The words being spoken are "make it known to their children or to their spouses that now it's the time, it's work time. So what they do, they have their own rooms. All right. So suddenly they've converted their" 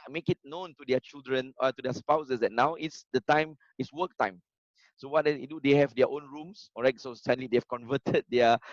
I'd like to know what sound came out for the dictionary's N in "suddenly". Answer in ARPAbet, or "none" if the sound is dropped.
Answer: none